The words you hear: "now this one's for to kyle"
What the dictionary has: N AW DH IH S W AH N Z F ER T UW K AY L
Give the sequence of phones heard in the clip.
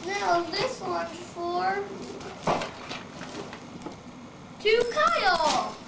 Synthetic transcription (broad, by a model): N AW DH IH S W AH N F ER T UW K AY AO